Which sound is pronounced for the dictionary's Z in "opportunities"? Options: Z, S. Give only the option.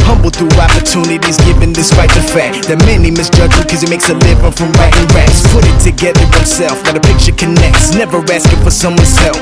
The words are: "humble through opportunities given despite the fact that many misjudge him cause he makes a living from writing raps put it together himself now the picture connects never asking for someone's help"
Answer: Z